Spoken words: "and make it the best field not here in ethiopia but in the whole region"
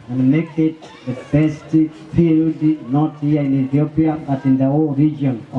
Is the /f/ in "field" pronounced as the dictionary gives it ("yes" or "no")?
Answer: no